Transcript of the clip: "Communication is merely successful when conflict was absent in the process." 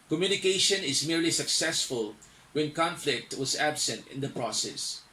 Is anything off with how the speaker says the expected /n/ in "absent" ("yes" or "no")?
no